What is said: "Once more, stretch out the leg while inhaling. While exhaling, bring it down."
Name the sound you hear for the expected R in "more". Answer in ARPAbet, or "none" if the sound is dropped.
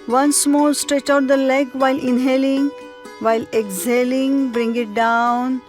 L